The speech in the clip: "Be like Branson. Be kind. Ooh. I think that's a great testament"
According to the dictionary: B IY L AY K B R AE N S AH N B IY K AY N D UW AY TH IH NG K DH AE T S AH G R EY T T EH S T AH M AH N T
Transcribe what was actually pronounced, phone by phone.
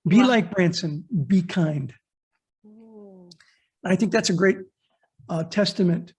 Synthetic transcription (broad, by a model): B IY L AY K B R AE N S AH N B IY K AY N D AY TH IH NG K DH AE T S AH G R EY T T EH S T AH M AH N T